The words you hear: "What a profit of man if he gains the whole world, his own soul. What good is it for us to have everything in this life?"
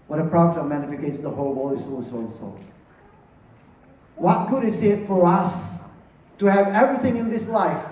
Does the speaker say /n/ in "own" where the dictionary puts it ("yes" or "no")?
no